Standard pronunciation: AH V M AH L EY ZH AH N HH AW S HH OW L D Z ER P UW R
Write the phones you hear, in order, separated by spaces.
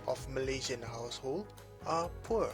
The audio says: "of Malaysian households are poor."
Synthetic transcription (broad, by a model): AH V M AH L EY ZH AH N HH AW S HH OW L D ER P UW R